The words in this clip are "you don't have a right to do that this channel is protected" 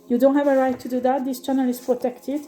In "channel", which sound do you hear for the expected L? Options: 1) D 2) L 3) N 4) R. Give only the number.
2